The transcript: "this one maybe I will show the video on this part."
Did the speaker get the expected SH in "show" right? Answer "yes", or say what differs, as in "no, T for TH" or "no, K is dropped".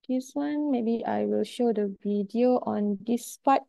yes